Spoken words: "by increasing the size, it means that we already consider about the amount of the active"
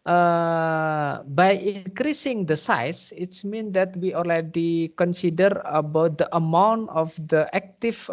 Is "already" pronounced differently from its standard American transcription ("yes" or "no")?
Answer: yes